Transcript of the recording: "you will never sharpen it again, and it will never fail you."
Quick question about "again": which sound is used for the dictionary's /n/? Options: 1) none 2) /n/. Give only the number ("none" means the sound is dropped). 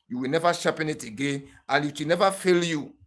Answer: 2